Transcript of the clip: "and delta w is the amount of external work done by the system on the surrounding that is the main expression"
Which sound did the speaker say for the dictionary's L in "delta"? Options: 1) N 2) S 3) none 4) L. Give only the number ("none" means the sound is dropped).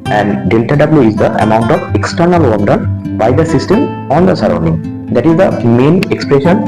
4